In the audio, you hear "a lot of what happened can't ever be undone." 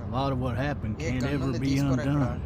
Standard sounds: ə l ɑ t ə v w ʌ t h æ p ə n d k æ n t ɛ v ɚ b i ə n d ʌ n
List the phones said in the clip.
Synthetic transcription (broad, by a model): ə l ɑ t ə v w ʌ t h æ p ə n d k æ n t ɛ v ɚ b i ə n d ʌ n